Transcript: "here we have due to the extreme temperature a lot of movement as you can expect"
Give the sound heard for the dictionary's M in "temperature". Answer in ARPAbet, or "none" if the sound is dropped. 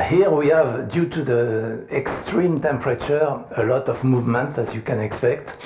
M